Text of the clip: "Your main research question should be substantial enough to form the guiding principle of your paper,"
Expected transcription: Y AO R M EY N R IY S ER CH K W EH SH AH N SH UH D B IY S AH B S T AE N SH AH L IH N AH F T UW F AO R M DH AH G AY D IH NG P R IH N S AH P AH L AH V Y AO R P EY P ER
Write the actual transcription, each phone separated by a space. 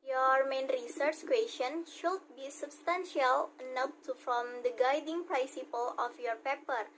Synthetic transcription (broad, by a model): Y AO R M EY N R IY S ER CH K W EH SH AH N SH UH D B IY S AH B S T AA N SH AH L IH N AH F T UW F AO M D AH G AY D IH NG P R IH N S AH P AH L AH F Y AO R P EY P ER